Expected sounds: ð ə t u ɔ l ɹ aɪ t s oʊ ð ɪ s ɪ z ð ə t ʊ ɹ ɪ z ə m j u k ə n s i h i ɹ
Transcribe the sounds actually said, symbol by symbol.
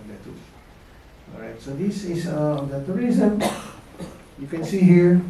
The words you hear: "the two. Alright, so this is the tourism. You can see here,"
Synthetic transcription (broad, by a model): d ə t u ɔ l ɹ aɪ t s oʊ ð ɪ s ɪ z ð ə t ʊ ɹ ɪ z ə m j u k ə n s i h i ɹ